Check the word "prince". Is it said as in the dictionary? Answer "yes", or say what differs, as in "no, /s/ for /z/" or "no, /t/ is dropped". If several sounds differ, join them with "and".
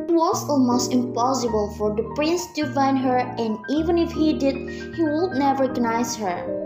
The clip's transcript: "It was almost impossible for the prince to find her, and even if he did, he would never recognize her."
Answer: yes